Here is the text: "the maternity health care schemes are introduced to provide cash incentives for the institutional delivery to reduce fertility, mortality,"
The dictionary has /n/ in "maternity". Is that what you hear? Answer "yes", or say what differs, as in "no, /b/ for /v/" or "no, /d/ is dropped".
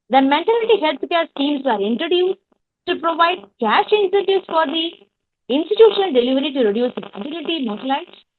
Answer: no, /l/ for /n/